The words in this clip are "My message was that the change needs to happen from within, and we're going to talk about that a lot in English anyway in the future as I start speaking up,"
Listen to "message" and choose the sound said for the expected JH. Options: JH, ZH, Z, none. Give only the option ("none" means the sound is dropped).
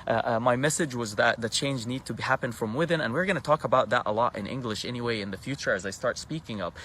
JH